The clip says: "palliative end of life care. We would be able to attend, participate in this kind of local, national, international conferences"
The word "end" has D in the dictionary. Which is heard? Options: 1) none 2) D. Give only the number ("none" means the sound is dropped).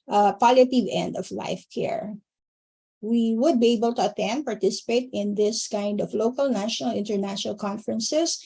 2